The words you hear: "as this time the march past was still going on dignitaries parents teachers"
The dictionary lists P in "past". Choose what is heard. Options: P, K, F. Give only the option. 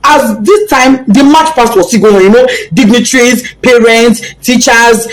F